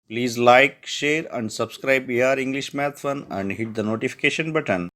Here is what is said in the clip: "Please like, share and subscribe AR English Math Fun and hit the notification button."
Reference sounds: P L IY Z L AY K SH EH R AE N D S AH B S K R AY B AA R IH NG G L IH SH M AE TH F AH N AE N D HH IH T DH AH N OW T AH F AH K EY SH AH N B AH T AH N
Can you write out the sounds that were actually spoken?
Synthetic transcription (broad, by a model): P L IY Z L AY K SH EH R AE N D S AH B S K R AY B AA R IH NG G L IH SH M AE T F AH N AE N D HH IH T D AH N OW T AH F AH K EY SH AH N B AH T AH N